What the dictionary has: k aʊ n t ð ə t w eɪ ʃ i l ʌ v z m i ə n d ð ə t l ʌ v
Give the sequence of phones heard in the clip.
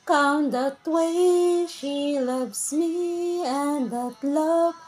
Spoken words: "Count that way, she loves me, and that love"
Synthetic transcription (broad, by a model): k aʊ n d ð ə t w eɪ ʃ i l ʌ v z m i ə n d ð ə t l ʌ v